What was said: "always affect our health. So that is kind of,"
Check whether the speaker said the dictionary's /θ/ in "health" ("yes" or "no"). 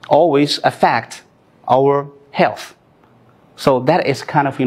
yes